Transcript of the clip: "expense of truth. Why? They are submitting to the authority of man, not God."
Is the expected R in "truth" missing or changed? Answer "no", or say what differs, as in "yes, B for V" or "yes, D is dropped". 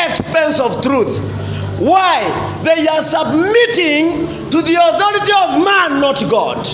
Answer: no